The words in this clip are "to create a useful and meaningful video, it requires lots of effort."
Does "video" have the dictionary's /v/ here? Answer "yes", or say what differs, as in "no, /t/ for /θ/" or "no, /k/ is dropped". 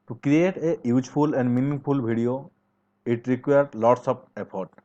no, /b/ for /v/